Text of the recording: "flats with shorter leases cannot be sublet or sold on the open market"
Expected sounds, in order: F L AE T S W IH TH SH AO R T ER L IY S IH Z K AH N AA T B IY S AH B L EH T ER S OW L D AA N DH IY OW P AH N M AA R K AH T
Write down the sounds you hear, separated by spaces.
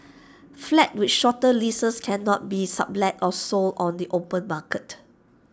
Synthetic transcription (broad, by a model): F L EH T W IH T SH AO T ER L IY S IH S K AH N AA T B IY S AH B L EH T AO S OW L AA N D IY OW P AH N M AA K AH T